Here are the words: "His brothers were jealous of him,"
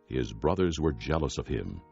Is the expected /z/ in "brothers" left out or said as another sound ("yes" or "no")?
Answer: no